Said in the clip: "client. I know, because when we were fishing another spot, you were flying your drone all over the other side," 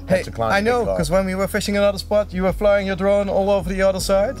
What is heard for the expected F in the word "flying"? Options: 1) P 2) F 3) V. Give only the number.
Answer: 2